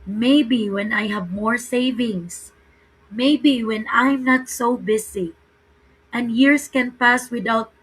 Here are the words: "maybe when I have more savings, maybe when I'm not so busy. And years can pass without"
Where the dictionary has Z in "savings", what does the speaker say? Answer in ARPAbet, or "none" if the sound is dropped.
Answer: S